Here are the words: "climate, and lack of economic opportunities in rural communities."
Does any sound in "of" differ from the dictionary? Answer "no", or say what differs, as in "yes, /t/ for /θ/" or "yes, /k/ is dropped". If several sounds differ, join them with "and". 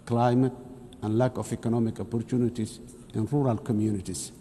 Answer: yes, /f/ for /v/